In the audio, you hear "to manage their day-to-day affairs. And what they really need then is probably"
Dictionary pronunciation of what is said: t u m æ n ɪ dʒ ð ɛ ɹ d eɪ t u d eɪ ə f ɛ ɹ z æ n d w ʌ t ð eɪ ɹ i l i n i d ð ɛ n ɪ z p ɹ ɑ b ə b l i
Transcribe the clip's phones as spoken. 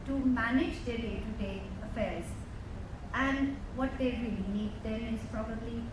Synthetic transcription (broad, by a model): t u m æ n ɪ dʒ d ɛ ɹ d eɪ t u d eɪ ə f ɛ ɹ z æ n d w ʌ t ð eɪ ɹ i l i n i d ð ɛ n ɪ z p ɹ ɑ b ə b l i